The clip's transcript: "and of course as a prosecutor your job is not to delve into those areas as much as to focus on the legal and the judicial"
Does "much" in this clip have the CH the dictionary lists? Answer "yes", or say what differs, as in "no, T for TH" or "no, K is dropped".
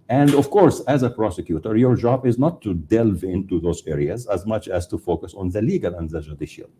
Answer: yes